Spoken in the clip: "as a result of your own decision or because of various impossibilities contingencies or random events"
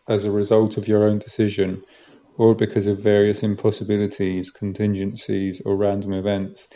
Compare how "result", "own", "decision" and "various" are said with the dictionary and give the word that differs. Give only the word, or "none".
none